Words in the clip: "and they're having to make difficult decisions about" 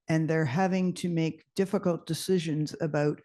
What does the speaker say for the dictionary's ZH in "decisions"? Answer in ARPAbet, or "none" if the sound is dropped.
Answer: ZH